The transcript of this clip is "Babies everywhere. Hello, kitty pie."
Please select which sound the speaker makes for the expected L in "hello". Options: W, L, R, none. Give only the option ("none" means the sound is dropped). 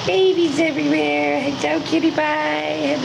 none